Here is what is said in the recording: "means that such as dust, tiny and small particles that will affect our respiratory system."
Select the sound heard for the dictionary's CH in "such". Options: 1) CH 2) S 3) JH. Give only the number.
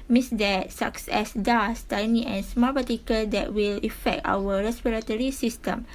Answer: 2